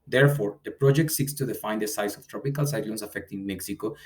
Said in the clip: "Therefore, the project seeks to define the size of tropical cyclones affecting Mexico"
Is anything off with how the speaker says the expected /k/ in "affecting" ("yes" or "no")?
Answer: no